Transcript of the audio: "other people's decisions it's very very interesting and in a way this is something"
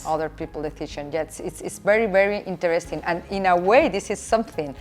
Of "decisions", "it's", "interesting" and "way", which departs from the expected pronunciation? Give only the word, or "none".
decisions